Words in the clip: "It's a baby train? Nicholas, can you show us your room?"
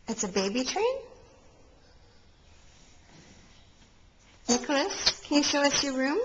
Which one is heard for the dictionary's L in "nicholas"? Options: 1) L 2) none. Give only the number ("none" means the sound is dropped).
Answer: 1